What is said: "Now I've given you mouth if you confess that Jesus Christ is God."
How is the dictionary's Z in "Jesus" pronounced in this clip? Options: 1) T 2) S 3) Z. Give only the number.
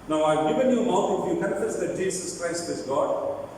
2